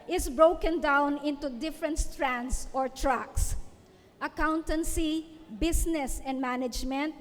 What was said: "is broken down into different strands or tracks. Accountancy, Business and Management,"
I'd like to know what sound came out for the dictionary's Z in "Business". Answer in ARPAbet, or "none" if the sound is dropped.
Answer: S